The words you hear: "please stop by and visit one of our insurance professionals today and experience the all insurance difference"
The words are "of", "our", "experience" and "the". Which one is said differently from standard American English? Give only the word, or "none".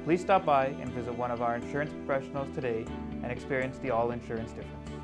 none